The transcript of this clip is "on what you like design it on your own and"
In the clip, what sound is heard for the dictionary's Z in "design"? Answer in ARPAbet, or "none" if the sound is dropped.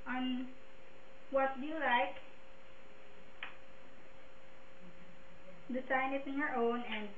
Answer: S